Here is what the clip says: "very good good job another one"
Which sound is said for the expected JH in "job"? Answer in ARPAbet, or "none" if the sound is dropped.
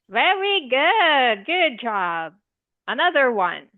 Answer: JH